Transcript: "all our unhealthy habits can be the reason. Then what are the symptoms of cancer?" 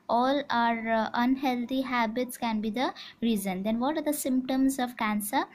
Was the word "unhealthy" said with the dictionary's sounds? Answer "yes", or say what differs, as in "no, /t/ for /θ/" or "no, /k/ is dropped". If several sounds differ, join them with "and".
no, /t/ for /θ/